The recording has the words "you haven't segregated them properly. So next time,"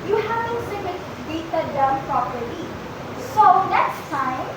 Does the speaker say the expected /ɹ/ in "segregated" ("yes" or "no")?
no